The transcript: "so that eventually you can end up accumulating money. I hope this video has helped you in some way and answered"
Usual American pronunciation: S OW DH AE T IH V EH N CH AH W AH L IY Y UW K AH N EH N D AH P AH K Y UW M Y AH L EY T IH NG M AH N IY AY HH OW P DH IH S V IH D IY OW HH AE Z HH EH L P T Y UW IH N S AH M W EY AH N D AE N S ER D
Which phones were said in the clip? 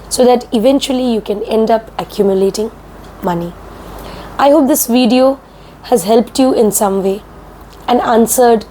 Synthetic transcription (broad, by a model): S OW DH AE T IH V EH N CH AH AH L IY Y UW K AH N EH N D AH P AH K Y UW M Y AH L EY T IH NG M AH N IY AY HH OW P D IH S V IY D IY OW HH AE Z HH EH L P T Y UW IH N S AH M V EY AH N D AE N S ER D